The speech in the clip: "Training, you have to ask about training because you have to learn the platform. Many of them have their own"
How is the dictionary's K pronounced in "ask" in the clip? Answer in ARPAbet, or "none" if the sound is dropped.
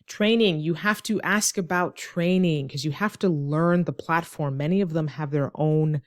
K